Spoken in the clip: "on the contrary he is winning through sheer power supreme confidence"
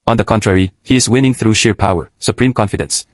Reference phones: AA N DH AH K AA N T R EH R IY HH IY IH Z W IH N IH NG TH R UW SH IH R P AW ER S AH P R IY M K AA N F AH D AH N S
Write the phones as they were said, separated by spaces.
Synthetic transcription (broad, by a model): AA N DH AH K AA N T R EH R IY HH IY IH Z W IH N IH NG TH R UW SH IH R P AW ER S AH P R IY M K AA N F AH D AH N S